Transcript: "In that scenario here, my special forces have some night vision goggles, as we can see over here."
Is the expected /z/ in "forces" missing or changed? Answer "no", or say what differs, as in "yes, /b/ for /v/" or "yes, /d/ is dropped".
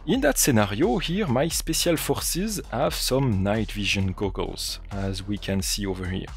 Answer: no